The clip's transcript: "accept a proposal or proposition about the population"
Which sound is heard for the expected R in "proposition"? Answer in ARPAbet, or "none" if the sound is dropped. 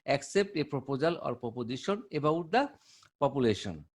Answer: none